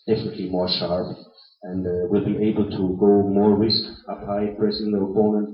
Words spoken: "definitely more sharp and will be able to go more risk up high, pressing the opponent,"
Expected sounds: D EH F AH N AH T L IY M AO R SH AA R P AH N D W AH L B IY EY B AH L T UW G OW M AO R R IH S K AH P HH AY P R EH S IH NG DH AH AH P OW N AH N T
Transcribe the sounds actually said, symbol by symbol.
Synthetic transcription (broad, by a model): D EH F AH N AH T L IY M AO R SH AA R P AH N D W AH L B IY EY B AH L T UW G OW M AO R R IH S K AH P HH AY P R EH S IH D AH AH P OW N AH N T